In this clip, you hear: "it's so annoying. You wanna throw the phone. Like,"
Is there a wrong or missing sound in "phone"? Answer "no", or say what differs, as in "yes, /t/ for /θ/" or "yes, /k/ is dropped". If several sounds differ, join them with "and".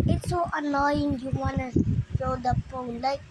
yes, /p/ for /f/